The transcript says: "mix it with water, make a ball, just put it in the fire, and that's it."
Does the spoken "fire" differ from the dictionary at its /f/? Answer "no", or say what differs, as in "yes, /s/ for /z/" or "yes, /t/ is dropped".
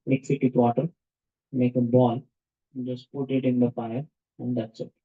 yes, /p/ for /f/